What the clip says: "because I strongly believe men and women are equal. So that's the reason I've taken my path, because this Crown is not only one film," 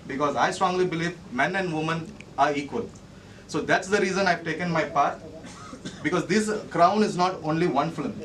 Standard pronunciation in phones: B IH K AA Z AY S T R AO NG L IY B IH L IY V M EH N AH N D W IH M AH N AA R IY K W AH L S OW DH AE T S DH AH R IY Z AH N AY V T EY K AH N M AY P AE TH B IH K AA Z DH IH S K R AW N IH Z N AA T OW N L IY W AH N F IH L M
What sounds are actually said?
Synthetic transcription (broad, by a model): B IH K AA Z AY S T R AO NG L IY B IH L IY V M EH N AH N D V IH M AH N AA R IY K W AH L S OW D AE T S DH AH R IY Z AH N AY V T EY K AH N M AY P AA T B IH K AA Z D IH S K R AW N IH Z N AA T OW N L IY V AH N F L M